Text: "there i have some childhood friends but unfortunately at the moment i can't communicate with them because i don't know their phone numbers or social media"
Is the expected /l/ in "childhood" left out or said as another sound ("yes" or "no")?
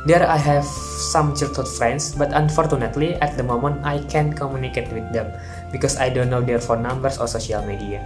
yes